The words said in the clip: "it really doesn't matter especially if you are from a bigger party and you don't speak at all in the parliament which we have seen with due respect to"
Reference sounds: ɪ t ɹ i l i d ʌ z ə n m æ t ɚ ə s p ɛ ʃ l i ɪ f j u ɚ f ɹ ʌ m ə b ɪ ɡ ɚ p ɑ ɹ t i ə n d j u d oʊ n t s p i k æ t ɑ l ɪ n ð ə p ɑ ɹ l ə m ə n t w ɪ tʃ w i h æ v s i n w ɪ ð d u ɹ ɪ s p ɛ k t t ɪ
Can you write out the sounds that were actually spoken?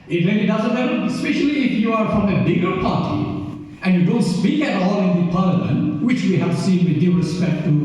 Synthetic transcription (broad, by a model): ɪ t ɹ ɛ n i d ʌ z ə n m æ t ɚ ə s p ɛ ʃ l i ɪ f j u ɚ f ɹ ʌ m ə b ɪ ɡ ɚ p ɑ ɹ t i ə n j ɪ d oʊ n t s p i k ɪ t ɑ l ɪ n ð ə p ɑ ɹ l ə m ə n t w ɪ tʃ w i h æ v s i n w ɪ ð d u ɹ ɪ s p ɛ k t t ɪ